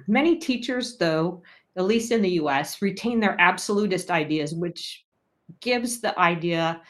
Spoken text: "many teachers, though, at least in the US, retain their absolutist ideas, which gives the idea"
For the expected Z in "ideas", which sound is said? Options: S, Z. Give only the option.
Z